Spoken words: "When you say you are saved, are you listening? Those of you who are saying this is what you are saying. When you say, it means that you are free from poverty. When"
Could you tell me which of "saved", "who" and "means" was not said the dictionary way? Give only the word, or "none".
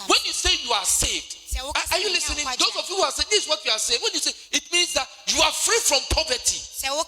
none